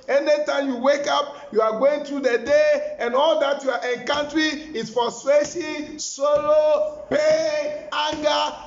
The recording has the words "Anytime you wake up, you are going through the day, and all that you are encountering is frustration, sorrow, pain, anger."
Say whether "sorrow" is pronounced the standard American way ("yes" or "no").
no